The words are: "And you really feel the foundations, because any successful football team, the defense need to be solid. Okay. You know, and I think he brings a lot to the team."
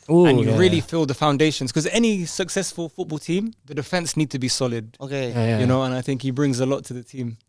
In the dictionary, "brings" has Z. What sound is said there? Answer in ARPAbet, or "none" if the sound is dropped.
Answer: Z